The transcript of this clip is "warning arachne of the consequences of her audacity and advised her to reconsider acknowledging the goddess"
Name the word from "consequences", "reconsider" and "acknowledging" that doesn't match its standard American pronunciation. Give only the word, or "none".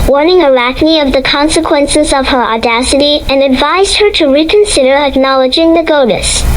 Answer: none